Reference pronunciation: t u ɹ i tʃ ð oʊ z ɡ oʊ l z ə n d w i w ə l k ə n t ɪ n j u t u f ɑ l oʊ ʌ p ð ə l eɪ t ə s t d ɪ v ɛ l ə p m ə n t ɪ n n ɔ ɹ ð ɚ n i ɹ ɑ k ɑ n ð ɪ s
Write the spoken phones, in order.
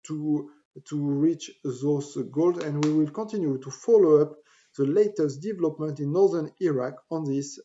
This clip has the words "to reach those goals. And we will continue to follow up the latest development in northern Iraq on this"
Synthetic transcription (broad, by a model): t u ɹ i tʃ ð oʊ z ɡ oʊ l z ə n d w i w ə l k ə n t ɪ n j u t u f ɑ l oʊ ʌ p ð ə l eɪ t ə s t d ɪ v ɛ l ə p m ə n t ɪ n n ɔ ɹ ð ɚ n i ɹ ɑ k ɑ n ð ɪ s